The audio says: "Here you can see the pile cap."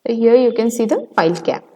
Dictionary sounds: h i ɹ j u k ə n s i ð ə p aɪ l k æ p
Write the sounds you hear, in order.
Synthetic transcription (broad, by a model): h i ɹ j u k ə n s i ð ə f aɪ l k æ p